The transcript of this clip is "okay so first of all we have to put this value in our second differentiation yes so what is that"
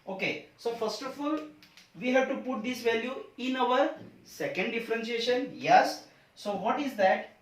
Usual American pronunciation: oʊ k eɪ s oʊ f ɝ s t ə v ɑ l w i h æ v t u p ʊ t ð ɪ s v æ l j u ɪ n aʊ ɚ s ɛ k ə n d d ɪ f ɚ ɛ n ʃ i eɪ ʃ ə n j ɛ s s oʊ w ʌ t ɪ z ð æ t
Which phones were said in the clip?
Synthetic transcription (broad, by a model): oʊ k eɪ s oʊ f ɝ s t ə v ɑ l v i h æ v t u p ʊ t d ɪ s v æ l j u ɪ n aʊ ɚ s ɛ k ə n d d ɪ f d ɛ n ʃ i eɪ ʃ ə n j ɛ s s oʊ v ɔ t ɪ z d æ t